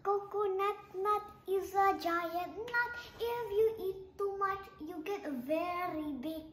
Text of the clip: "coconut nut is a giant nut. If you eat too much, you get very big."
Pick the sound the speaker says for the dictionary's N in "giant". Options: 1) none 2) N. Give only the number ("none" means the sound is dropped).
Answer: 1